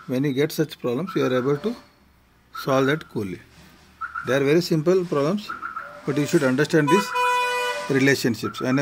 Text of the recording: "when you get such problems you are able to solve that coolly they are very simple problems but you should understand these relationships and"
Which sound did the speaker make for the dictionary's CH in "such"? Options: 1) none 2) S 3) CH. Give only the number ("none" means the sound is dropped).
3